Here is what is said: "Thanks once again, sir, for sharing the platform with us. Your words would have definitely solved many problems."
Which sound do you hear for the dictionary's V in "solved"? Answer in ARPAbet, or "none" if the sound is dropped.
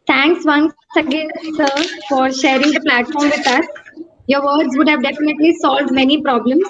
V